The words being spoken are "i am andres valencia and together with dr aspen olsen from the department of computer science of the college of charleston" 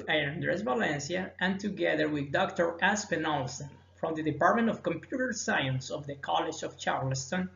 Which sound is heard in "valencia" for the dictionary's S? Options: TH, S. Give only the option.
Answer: S